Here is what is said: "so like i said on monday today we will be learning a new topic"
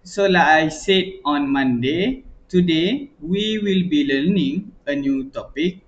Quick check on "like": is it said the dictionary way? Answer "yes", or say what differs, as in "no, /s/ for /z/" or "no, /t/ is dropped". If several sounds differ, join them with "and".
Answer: no, /k/ is dropped